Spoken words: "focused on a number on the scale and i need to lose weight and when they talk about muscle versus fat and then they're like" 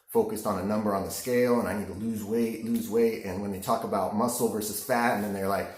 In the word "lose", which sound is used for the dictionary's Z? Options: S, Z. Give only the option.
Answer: Z